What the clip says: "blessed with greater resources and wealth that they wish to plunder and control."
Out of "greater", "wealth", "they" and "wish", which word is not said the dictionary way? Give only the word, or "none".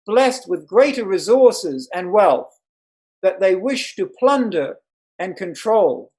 none